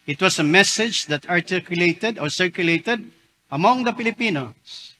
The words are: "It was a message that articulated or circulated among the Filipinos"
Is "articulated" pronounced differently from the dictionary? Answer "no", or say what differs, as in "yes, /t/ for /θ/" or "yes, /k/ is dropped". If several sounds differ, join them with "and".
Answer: no